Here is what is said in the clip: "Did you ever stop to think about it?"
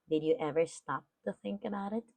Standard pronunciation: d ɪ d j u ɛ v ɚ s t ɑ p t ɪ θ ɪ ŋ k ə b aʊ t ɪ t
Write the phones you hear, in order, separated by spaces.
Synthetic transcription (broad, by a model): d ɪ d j ɛ v ɚ s t ɑ p t ɪ θ ɪ ŋ k ə b aʊ t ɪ t